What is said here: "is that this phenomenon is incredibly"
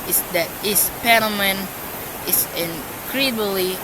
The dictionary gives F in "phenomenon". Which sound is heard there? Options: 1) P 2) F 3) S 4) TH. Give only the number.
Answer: 1